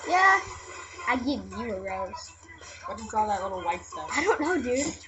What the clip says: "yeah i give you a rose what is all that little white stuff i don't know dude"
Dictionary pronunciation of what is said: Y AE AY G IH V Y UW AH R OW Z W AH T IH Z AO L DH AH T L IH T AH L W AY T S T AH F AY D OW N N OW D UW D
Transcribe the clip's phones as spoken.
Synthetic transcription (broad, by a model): Y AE AY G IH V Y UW AH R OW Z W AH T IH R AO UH DH AH T L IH T L W AY T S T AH AY D OW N N OW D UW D